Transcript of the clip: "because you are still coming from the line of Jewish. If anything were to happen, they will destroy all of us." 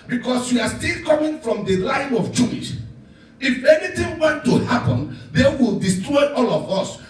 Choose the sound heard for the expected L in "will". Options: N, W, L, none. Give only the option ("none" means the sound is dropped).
L